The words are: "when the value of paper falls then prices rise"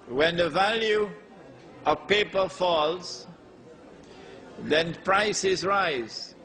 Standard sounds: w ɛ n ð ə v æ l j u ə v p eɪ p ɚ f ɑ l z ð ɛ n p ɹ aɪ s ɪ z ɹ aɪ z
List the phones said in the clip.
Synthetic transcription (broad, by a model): w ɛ n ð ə v æ l j u ə v p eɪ p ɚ f ɑ l z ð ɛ n p ɹ aɪ s ɪ z ɹ aɪ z